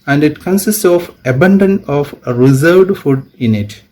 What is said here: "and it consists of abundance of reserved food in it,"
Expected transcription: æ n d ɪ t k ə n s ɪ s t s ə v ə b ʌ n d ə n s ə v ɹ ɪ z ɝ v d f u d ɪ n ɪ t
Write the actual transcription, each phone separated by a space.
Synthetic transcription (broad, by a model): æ n d ɪ t k ə n s ɪ s t s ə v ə b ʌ n d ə n ə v ɹ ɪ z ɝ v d f u d ɪ n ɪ t